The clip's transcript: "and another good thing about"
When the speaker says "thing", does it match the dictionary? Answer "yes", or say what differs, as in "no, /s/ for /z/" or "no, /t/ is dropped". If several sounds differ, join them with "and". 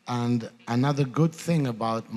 yes